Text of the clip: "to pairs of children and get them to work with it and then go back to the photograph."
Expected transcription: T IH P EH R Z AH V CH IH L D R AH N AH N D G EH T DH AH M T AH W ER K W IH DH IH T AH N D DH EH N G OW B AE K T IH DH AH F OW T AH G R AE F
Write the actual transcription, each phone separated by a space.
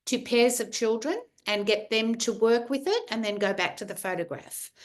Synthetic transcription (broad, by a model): T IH P EH R Z AH V CH IH L D R AH N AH N G EH T DH AH M T AH W ER K W IH DH IH T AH N DH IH N G OW B AE K T IH DH AH F OW T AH G R AE F